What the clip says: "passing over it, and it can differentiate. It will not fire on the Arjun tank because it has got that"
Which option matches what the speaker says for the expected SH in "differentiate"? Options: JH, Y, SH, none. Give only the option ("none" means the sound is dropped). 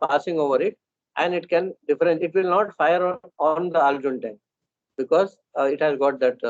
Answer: none